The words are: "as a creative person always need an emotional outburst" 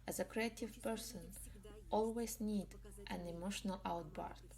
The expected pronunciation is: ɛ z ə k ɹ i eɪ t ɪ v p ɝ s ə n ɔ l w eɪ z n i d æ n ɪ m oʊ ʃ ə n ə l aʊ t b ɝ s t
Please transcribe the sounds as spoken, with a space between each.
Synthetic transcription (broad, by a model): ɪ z ə k ɹ i eɪ t ɪ v p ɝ s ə n ɔ l w eɪ z n i d æ n ɪ m oʊ ʃ ə n ə l aʊ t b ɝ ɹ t